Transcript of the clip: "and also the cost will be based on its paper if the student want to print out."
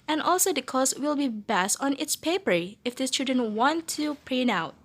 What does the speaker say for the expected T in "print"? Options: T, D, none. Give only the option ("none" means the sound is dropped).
none